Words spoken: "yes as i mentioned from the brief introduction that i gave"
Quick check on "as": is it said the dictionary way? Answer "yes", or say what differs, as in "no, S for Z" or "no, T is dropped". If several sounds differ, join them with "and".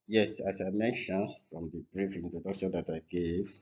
no, S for Z